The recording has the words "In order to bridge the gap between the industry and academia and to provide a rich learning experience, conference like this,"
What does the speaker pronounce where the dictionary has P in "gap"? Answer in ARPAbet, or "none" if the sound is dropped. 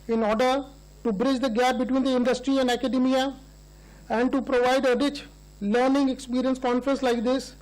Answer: P